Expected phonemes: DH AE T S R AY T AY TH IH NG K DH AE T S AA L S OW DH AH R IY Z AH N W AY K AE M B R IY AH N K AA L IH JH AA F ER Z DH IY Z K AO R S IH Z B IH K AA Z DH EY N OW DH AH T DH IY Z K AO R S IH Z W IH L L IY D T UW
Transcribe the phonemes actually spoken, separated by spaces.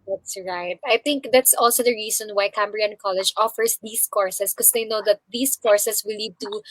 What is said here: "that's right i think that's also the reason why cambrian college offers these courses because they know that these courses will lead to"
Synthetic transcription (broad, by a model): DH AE T S R AY T AY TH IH NG K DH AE T S AA L S OW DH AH R IY S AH N W AY K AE M B R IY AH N K AA L IH JH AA F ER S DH IY S K AO R S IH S K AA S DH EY N OW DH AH T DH IY S K AO R S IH S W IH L L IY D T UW